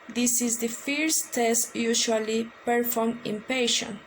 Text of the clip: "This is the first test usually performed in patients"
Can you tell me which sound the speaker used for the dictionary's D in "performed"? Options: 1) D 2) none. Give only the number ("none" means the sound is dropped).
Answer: 2